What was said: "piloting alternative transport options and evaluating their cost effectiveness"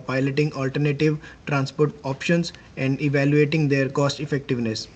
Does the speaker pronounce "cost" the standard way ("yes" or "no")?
yes